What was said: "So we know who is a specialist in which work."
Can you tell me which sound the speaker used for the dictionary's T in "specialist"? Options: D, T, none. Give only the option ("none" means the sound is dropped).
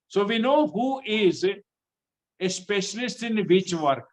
T